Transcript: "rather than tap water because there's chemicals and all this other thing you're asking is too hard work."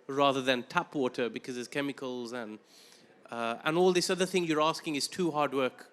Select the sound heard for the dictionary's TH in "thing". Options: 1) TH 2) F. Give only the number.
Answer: 1